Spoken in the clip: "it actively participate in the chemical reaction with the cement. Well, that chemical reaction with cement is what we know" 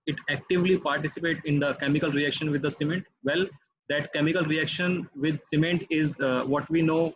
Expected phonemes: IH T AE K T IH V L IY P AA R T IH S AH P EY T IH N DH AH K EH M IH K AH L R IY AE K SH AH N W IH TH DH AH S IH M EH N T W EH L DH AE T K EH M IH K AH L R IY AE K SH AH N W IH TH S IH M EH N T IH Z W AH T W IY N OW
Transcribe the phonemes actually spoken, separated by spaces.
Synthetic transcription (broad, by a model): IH T AE K T IH V L IY P AA R T IH S AH P EY T IH N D AH K EH M IH K AH L R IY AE K SH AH N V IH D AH S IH M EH N T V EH L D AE T K EH M IH K AH L R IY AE K SH AH N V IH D S IH M EH N T IH Z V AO T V IY N OW